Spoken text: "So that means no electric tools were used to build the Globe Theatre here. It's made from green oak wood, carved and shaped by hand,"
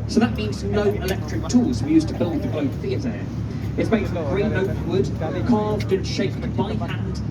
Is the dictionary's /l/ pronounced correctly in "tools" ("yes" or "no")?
no